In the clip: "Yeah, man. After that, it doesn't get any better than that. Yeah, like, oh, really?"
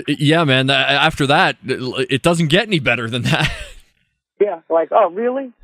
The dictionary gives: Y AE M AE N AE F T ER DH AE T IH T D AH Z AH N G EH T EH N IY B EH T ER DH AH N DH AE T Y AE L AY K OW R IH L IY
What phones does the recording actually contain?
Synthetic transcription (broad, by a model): Y AE M AE N AE F T ER DH AE T IH T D AH Z N G EH T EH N IY B EH T ER DH AH N DH AE T Y AE L AY K OW R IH L IY